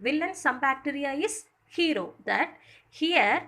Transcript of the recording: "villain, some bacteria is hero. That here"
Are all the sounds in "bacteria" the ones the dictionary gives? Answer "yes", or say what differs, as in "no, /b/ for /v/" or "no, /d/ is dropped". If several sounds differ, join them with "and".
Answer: yes